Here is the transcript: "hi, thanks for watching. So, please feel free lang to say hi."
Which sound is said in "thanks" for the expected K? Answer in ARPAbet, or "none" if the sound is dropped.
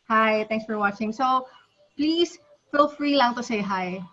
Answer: none